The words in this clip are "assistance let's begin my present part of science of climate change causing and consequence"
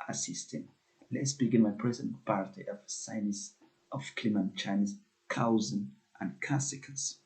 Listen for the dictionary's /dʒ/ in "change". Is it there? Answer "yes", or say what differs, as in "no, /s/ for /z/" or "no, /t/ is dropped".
no, /z/ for /dʒ/